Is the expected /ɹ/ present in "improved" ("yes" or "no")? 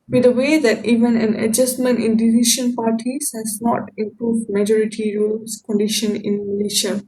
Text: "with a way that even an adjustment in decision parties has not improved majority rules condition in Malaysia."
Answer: yes